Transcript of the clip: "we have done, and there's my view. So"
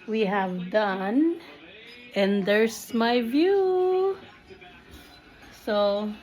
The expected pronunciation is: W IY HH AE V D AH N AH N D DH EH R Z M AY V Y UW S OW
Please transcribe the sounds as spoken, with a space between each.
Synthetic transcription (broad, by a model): W IY HH AE V D AH N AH N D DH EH R S M AY V Y UW S OW